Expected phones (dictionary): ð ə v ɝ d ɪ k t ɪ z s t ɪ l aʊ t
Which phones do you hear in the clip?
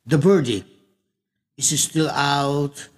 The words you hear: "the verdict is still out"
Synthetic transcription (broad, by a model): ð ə b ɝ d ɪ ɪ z s t ɪ l aʊ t